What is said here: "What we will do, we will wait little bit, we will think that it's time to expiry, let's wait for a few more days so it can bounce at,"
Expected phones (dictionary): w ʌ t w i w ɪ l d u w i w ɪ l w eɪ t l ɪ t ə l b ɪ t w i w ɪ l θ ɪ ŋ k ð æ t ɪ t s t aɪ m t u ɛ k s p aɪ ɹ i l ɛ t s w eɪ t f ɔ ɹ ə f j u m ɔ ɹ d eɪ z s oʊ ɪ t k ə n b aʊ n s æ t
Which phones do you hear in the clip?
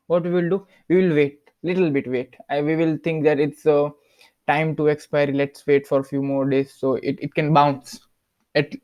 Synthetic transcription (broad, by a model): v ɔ t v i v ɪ l d u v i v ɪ l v eɪ t l ɪ t ə l b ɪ t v i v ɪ l t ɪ ŋ k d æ t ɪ t s t aɪ m t u ɛ k s p aɪ ɹ i l ɛ t s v eɪ t f ɔ ɹ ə f j u m ɔ ɹ d eɪ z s oʊ ɪ t k ə n b aʊ n s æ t